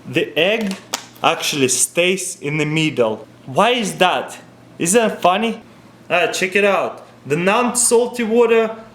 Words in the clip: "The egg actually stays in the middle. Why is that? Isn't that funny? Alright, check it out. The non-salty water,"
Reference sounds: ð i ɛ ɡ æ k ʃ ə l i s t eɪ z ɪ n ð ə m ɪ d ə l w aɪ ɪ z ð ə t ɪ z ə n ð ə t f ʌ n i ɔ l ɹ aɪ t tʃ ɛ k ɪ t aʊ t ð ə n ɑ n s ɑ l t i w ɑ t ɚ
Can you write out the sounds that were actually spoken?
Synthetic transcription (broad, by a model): ð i ɛ ɡ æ k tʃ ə l i s t eɪ s ɪ n ð ə m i d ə l w aɪ ɪ z ð ə t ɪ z ð ə t f ʌ n i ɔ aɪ tʃ ɛ k ɪ t aʊ t ð ə n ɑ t s ɑ l t i w ɑ t ɚ